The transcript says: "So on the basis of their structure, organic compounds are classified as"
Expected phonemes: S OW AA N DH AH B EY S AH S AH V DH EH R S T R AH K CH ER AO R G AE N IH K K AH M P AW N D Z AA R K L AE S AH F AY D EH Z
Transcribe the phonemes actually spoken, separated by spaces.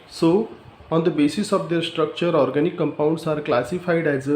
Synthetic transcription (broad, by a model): S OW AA N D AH B EY S AH S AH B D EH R S T R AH K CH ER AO R G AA N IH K K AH M P AW N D S AA R K L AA S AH P AY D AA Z